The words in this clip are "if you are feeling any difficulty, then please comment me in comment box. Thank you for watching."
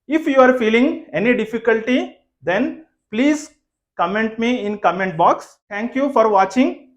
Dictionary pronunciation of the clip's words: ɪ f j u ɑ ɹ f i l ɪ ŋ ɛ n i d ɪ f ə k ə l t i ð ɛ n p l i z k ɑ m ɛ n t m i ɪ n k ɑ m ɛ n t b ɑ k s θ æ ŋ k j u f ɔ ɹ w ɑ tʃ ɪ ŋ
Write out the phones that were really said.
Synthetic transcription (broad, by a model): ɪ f j u ɑ ɹ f i l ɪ ŋ ɛ n i d ɪ f ə k ə l t i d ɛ n p l i z k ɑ m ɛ n t m i ɪ n k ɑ m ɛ n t b ɑ k s t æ ŋ k j u f ɔ ɹ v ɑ tʃ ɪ ŋ